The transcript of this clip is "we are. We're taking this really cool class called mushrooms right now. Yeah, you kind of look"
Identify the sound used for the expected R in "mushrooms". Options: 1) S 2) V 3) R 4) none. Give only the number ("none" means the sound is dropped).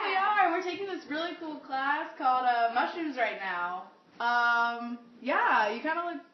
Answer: 4